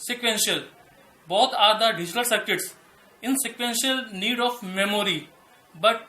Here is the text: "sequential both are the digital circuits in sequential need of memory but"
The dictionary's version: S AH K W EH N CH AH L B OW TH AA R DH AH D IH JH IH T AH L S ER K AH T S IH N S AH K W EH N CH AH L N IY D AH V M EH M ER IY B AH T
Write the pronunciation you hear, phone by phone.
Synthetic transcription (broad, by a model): S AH K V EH N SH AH L B OW T AA R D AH D IH JH IH T AH L S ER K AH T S IH N S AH K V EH N SH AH L N IY D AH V M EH M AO IY B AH T